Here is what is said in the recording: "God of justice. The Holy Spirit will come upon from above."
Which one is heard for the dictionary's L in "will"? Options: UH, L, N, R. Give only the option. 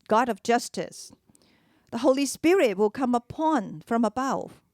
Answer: L